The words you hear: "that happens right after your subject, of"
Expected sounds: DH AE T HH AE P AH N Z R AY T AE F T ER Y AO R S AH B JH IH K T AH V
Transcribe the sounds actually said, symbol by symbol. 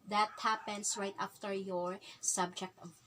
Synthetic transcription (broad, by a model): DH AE T HH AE P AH N S R AY T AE F T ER Y AO R S AH B JH IH K T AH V